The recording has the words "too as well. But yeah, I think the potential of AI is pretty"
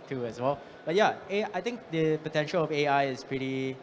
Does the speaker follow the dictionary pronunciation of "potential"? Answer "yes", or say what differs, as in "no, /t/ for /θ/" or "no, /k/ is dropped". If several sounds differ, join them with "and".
yes